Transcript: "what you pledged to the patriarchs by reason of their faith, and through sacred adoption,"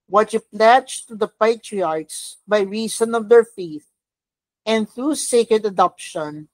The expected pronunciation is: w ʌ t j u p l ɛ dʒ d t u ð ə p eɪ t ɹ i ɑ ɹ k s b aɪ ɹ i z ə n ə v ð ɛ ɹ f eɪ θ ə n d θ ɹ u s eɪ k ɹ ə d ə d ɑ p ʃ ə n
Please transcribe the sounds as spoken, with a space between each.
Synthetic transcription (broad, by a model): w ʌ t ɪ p l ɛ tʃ t u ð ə p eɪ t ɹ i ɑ ɹ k s b aɪ ɹ i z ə n ə v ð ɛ ɹ f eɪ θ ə n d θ ɹ u s eɪ k ɹ ə d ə d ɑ p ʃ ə n